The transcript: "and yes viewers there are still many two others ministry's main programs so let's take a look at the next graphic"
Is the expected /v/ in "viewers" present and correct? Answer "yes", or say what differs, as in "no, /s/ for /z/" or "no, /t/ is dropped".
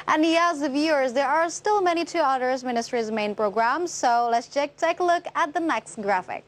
yes